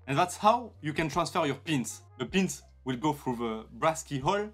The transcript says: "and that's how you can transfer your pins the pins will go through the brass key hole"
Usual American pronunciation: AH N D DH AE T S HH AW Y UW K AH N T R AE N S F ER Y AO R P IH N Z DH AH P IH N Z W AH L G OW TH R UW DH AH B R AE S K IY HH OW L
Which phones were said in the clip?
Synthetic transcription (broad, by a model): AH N DH AE T S HH AW Y UW K AH N T R AE N S F ER Y AO R P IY N S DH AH P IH N S W AH L G OW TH R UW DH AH B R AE S K IY HH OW L